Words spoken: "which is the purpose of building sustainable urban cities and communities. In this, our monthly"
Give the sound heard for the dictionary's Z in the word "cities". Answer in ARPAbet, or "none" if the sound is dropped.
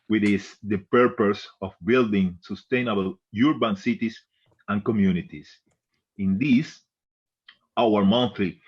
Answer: S